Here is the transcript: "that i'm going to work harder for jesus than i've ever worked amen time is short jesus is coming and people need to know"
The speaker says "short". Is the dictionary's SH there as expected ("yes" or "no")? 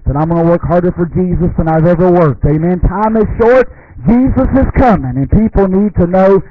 yes